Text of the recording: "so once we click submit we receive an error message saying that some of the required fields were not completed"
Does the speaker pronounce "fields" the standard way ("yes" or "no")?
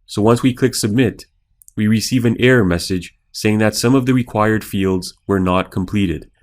yes